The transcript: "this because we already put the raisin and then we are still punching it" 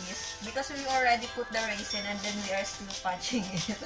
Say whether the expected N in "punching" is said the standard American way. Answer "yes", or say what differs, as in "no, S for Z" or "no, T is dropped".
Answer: no, N is dropped